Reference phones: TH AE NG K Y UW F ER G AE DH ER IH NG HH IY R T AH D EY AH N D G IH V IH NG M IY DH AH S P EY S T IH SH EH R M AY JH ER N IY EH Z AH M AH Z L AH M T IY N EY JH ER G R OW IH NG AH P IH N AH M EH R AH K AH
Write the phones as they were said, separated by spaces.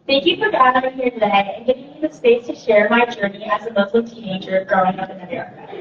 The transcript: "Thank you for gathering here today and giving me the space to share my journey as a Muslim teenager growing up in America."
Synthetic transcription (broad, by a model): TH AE NG K Y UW F ER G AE ER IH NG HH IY R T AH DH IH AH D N G IH V IH NG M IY DH AH S P EY S T IH SH EH R M AY JH ER N IY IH Z AH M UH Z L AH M T IY N EY JH ER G R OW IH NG AH P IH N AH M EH R